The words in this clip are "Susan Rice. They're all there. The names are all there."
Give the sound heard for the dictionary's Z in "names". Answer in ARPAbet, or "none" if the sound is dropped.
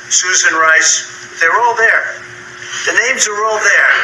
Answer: Z